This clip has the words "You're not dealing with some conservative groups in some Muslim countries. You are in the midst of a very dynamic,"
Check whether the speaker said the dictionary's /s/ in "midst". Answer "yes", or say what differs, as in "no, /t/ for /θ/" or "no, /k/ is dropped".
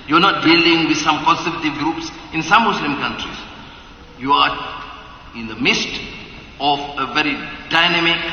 yes